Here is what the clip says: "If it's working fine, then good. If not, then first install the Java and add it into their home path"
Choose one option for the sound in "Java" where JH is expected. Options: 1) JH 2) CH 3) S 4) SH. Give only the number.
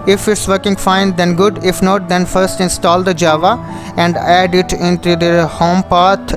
1